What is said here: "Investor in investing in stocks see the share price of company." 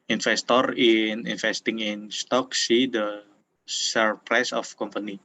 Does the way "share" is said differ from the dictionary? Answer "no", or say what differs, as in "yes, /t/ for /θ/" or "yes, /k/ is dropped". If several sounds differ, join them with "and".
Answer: yes, /s/ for /ʃ/